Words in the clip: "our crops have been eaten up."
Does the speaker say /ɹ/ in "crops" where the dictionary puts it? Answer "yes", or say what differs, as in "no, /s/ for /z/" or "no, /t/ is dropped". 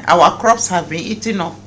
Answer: yes